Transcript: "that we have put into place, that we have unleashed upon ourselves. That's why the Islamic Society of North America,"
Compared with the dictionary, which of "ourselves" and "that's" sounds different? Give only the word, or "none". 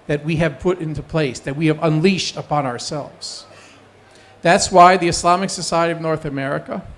none